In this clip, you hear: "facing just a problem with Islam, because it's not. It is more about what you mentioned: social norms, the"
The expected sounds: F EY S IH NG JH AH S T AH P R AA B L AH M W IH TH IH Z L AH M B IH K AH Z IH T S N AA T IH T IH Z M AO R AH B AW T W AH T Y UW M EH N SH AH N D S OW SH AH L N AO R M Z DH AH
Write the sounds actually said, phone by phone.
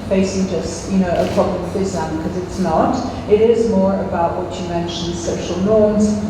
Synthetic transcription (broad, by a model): F EY S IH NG JH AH S T AH P R AA B L AH M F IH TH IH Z AH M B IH K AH Z IH T S N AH T IH T IH Z M AO R AH B AW T W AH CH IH M EH N SH AH N D S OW SH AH L N AO R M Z